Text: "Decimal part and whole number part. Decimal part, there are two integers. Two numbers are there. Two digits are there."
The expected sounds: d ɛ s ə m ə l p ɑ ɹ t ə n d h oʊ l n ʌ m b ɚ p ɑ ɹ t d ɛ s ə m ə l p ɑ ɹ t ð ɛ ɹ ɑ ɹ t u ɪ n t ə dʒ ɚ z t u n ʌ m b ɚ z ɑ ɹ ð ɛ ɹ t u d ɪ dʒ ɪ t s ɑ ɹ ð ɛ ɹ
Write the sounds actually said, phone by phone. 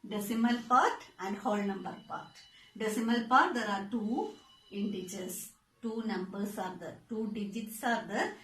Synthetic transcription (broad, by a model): d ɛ s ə m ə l p ɑ ɹ t ə n d h oʊ l n ʌ m b ɚ p ɑ ɹ t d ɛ s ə m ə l p ɑ ɹ t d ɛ ɹ ɑ ɹ t u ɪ n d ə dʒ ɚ s t u n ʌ m b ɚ s ɑ ɹ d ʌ t u d ɪ dʒ ɪ t s ɑ ɹ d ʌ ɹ